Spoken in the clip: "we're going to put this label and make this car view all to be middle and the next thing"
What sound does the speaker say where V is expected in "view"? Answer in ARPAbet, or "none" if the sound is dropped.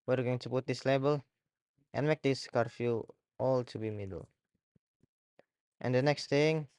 F